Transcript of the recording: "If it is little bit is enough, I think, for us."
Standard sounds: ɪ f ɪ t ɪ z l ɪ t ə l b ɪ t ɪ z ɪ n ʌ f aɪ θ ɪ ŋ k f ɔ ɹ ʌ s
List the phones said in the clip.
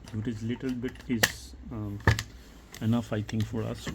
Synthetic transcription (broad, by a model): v ɪ t ɪ z l ɪ t ə l b ɪ t ɪ z ɪ n ʌ f aɪ t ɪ ŋ k f ɔ ɹ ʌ s